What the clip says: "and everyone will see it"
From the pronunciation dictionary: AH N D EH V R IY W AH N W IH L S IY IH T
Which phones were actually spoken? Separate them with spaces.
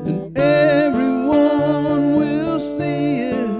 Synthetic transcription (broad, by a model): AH N EH V R IY W AH N W IH L S IY IH T